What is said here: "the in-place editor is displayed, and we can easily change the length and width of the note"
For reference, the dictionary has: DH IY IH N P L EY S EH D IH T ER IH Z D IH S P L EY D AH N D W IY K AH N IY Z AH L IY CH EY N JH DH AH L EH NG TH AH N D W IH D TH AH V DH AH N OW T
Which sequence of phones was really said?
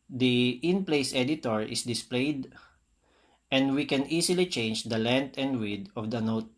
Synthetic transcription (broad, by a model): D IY IH N P L EY S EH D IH T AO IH S D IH S P L EY D AH N D W IY K AH N IY S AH L IY CH EY N JH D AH L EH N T AH N D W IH D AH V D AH N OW T